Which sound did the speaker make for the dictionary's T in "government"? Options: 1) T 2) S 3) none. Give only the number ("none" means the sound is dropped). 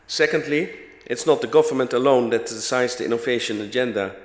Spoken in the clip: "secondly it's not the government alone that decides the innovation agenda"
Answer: 1